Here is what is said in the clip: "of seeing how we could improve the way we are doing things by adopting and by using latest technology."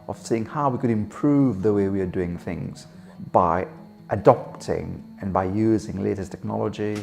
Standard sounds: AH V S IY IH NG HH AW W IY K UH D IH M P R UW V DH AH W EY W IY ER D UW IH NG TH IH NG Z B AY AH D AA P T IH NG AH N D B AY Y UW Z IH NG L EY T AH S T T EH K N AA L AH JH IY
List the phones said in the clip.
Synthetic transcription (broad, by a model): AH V S IY IH NG HH AW W IY K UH D IH M P R UW V DH AH W EY W IY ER D UW IH NG TH IH NG Z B AY AH D AA P T IH NG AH N B AY Y UW Z IH NG L EY T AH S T T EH K N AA L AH JH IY